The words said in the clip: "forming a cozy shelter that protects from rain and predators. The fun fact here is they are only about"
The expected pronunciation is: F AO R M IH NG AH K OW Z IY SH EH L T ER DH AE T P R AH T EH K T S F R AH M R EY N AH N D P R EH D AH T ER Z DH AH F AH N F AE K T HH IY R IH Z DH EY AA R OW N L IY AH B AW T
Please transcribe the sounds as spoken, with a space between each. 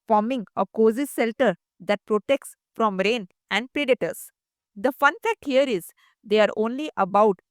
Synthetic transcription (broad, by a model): F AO R M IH NG AH K OW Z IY S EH L T ER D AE T P R AH T EH K T S F R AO M R EY N AH N D P R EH D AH T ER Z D AH F AH N F AE K T HH IY R IH Z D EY AA R OW N L IY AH B AW T